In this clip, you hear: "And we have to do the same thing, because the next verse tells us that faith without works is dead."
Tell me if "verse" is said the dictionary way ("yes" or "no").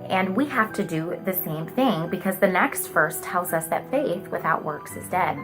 no